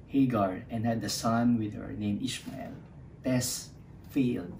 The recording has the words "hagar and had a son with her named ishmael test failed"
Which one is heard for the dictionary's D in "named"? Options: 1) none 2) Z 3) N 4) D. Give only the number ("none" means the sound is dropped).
1